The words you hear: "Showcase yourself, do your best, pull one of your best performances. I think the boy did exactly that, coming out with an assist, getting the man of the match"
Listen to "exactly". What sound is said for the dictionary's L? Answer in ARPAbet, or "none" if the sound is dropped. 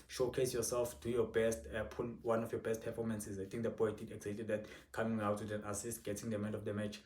none